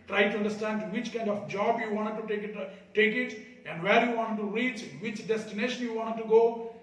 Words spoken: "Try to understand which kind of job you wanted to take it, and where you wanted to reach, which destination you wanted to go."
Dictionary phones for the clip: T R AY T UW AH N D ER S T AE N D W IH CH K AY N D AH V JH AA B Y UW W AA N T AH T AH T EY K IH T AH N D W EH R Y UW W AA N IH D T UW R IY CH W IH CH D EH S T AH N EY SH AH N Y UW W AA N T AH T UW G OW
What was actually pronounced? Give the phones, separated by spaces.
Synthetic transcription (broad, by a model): T R AY T UW AH N D ER S T AE N D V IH CH K AY N D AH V JH AA B Y UW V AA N T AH T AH T EY K IH T AH N D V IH L Y UW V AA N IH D T UW R IY CH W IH CH D EH S T AH N EY SH AH N Y UW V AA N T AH T UW G OW